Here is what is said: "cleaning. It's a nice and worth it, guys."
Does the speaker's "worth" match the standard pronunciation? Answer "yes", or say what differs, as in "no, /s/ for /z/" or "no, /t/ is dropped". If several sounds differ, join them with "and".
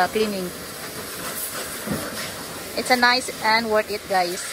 no, /t/ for /θ/